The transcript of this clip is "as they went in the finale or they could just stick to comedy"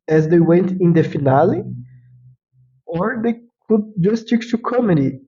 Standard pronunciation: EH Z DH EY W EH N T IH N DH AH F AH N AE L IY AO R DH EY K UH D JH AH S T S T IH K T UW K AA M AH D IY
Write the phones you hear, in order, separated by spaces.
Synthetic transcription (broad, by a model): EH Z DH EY W EH N T IH N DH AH F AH N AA L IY AO R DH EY K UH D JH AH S S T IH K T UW K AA M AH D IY